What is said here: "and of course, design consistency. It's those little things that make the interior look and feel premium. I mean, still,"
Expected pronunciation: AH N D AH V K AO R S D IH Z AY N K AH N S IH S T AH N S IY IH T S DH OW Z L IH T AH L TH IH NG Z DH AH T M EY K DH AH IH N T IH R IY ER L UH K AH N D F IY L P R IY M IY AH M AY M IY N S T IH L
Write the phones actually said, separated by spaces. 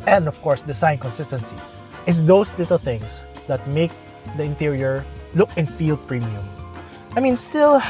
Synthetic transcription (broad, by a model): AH N D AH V K AO R S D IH S AY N K AH N S IH S T AH N S IY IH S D OW S L IH T AH L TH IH NG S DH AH T M EY K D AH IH N T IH R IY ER L UH K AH N F IY L P R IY M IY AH M AY M IY N S T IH L